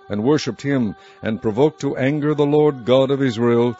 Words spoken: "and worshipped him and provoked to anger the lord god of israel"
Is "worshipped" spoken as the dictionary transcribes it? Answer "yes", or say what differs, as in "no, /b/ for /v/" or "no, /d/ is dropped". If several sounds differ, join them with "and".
yes